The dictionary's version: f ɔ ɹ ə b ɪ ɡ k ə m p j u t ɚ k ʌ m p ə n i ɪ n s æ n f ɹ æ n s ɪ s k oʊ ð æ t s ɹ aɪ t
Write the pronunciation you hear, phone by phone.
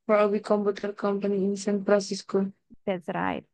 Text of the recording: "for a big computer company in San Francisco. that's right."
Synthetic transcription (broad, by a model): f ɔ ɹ ə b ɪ k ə m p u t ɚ k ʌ m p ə n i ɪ n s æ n p ɹ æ s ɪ s k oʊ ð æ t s ɹ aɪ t